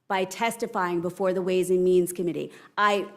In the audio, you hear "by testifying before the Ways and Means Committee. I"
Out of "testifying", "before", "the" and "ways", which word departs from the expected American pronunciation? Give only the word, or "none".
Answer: none